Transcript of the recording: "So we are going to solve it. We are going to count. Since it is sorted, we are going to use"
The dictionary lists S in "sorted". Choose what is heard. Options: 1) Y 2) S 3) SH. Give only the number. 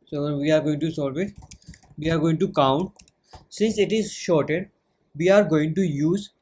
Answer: 3